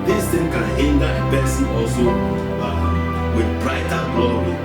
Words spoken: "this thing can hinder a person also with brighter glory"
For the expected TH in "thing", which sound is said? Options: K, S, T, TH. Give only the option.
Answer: T